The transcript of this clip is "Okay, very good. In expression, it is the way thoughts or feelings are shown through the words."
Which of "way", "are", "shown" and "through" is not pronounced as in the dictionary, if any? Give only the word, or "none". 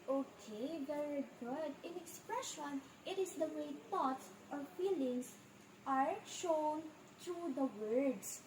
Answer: through